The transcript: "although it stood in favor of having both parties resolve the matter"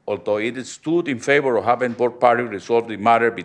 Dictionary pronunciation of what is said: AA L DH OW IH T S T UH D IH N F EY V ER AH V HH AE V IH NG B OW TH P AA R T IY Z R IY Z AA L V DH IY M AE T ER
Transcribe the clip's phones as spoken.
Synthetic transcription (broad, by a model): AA L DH OW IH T S T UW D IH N F EY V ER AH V HH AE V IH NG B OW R P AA R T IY R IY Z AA L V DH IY M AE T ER